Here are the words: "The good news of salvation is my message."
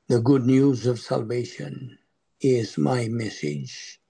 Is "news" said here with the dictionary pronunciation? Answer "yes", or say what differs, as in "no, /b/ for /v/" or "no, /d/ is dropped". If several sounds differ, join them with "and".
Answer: yes